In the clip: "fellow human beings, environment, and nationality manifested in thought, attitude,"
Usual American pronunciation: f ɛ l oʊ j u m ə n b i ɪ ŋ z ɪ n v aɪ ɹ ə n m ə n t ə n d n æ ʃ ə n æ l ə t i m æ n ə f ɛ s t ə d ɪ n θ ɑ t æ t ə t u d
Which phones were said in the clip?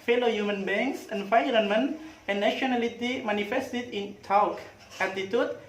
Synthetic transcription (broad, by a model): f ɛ l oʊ j u m ə n b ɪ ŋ s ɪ n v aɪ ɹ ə n m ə n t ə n n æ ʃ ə n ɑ l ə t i m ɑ n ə f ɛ s t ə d ɪ n t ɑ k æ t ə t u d